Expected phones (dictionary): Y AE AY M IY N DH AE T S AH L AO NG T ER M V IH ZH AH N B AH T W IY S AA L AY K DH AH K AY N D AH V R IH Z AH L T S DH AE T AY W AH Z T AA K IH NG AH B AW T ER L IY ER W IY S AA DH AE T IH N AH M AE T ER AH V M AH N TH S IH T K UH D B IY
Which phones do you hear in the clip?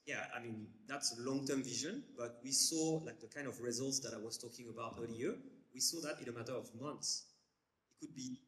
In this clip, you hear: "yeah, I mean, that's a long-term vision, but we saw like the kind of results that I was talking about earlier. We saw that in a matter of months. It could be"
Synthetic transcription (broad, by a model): Y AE AY M IY N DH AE T S AH L AO NG T ER M V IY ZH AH N B AH T W IY S AA L AY K DH AH K AY N D AH V R IH Z AH L T S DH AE T AY W AH Z T AA K IH NG AH B AW T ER L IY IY W IY S AA DH AE T IH N AH M AE T ER AH V M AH N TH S IH T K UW D B IY